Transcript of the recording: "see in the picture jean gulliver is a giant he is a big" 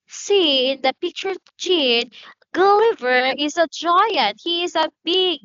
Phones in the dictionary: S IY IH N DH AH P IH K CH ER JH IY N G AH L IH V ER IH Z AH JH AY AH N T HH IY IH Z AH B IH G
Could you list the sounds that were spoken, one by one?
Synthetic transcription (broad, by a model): S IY IH N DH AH P IH K CH ER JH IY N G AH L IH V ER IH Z AH JH AY AH N T HH IY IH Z AH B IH G